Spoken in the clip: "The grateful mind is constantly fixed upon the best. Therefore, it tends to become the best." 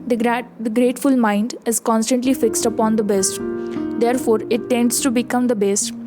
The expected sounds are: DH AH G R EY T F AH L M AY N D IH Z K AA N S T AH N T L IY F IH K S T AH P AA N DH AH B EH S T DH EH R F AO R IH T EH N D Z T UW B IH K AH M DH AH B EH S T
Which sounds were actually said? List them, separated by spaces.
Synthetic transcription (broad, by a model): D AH G R EY T F AH L M AY N D IH Z K AA N S T AH N T L IY F IH K S T AH P AA N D AH B EH S T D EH R F AO R IH T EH N D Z T UW B IH K AH M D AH B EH S T